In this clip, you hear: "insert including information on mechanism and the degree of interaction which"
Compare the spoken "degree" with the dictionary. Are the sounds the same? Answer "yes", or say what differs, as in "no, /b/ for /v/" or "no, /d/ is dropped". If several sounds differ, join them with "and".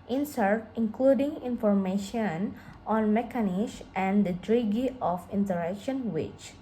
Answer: no, /ɹ/ is dropped